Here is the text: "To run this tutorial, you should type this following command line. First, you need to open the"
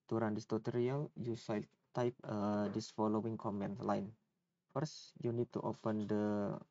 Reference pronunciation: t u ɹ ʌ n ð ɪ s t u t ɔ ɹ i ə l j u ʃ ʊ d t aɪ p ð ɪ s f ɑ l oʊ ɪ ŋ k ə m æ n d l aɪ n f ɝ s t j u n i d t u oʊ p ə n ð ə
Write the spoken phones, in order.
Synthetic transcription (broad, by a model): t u ɹ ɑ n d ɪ s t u t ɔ ɹ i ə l j u s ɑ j t aɪ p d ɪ s f ɑ l oʊ ɪ ŋ k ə m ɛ n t l aɪ n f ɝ s j u n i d t u oʊ p ə n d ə